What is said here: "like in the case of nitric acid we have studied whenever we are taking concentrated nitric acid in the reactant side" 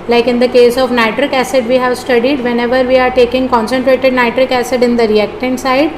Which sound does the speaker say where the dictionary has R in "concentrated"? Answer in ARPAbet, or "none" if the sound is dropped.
R